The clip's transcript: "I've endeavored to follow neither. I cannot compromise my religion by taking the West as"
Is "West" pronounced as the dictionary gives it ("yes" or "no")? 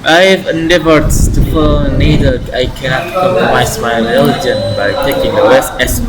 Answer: no